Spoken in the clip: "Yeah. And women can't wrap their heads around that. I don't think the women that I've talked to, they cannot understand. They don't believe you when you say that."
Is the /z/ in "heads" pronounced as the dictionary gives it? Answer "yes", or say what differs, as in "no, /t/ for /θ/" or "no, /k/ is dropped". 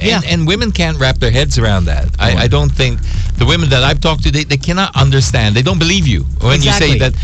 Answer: yes